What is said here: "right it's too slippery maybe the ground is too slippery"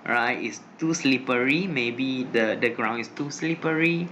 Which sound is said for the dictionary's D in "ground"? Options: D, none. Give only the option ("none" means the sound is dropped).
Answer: none